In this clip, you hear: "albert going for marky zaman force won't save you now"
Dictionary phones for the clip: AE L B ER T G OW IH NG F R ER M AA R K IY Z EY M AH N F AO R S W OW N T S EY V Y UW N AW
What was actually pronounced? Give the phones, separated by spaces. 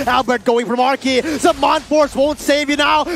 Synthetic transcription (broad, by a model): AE L B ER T G OW IH NG F R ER M AA R K IY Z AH M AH N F AO R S W OW N T S EY V Y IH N AW